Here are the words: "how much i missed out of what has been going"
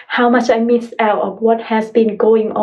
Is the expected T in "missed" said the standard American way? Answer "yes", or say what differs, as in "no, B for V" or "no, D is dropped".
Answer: no, T is dropped